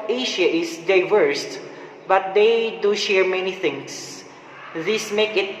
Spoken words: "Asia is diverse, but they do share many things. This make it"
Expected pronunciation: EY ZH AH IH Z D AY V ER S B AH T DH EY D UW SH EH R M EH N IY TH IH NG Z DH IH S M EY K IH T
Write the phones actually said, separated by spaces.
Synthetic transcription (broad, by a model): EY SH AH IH S D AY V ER S B AH T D EY D UW SH EH R M EH N IY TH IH NG S DH IH S M EY K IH T